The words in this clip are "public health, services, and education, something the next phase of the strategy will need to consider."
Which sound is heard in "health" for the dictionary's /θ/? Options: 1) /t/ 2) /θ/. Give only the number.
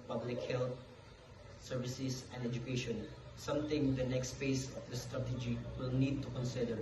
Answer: 1